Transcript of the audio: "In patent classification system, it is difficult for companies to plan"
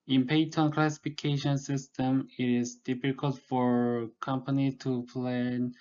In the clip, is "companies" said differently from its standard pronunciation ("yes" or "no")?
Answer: yes